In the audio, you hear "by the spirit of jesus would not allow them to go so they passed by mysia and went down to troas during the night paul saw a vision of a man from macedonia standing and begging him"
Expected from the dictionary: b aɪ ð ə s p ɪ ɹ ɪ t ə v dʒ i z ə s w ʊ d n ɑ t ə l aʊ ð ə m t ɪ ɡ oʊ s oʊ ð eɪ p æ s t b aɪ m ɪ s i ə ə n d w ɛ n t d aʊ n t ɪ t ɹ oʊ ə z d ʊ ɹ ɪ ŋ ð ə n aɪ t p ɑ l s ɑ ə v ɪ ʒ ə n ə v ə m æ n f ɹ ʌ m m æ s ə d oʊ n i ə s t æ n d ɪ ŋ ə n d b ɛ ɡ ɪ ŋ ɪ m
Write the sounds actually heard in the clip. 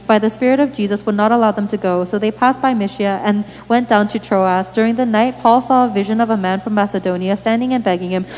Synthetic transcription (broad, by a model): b aɪ ð ə s p ɪ ɹ ɪ t ə v dʒ i z ə s w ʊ d n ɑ t ə l aʊ ð ə m t ɪ ɡ oʊ s oʊ ð eɪ p æ s b aɪ m ɪ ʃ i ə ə n w ɛ n d aʊ n t ɪ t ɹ oʊ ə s d ʊ ɹ ɪ ŋ ð ə n aɪ t p ɑ l s ɑ ə v ɪ ʒ ə n ə v ə m æ n f ɹ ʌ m m æ s ə d oʊ n i ə s t æ n d ɪ ŋ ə n b ɛ ɡ ɪ ŋ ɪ m